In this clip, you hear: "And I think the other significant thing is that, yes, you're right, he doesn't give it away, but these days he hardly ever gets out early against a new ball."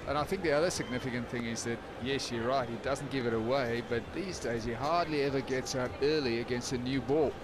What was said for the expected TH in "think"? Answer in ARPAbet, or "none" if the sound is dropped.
TH